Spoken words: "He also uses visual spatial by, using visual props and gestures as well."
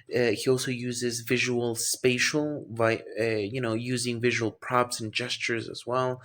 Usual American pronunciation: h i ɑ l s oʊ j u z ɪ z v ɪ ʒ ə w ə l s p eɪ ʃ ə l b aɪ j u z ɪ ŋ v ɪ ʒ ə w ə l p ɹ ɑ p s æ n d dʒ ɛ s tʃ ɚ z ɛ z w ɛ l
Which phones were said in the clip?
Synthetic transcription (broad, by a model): h i ɑ l s oʊ j u z ɪ z v ɪ ʒ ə w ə l s p eɪ ʃ l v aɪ j u z ɪ ŋ v ɪ ʒ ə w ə l p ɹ ɑ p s n dʒ ɛ s tʃ ɚ z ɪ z w ɛ l